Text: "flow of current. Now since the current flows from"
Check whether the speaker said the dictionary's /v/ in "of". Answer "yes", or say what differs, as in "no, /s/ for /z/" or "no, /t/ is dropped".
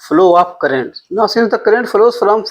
no, /p/ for /v/